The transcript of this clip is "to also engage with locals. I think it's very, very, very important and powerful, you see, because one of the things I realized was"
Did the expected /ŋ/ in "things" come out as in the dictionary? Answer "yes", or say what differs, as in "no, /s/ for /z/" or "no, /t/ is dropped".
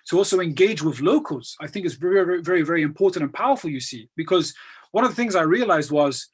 yes